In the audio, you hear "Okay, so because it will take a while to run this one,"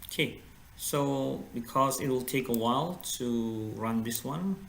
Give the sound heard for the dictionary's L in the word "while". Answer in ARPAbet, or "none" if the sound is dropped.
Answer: L